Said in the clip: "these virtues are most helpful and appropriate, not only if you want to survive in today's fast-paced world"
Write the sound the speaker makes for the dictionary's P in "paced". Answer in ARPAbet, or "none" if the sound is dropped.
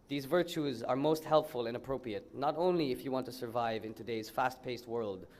P